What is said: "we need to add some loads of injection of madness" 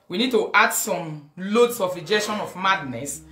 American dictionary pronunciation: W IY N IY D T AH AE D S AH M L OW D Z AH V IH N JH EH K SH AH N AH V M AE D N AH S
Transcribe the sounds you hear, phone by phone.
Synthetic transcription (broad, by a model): W IY N IY D T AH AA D S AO M L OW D S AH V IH JH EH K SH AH N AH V M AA D N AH S